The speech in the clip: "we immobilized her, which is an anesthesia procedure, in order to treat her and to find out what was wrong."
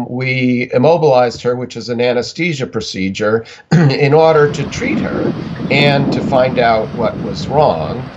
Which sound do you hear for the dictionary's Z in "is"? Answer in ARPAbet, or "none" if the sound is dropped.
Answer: Z